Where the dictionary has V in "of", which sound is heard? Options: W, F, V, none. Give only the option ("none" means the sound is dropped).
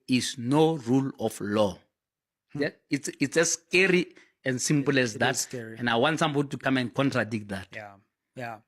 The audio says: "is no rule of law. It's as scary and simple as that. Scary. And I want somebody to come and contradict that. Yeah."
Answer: F